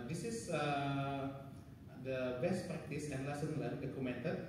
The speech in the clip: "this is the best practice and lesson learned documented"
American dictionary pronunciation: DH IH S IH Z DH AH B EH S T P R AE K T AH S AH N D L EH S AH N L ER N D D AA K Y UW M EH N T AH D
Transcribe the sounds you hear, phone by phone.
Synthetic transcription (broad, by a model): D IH S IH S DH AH B EH S T P R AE K T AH S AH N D L EH S AH N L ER D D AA K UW M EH N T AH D